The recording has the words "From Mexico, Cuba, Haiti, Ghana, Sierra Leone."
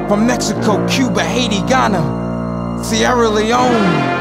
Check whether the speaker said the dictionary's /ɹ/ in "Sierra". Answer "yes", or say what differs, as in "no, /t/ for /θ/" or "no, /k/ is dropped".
yes